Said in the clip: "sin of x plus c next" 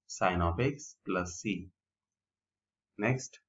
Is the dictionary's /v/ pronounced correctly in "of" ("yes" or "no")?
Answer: no